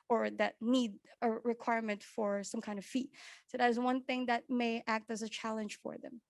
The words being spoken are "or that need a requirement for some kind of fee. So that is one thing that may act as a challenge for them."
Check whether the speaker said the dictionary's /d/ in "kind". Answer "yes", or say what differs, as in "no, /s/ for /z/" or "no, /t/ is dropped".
yes